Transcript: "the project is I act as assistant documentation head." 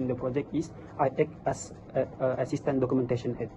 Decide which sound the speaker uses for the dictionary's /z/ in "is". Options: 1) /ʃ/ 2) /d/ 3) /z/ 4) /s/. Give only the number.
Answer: 4